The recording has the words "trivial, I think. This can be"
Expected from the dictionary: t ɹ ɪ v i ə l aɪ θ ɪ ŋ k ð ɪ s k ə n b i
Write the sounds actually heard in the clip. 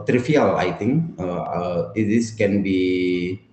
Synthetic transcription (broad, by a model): t ɹ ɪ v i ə l aɪ t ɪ ŋ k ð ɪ s k ə n b i